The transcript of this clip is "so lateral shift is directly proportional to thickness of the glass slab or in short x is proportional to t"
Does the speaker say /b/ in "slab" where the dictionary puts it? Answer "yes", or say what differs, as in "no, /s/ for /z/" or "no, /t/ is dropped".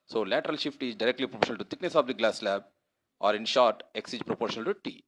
yes